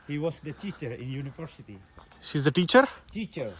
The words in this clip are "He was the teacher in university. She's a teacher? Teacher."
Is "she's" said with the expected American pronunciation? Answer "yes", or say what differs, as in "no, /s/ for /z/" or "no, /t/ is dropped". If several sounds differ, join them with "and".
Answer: yes